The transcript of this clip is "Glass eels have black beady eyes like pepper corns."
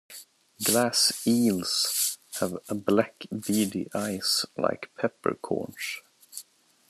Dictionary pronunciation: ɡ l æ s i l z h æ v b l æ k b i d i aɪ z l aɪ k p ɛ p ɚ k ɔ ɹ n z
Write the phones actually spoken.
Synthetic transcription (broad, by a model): ɡ l æ s i l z h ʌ v b l æ k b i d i aɪ s l aɪ k p ɛ p ɚ k ɔ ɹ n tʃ